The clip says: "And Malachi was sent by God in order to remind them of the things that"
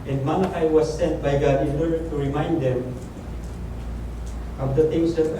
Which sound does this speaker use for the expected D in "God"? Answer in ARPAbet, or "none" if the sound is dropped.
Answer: D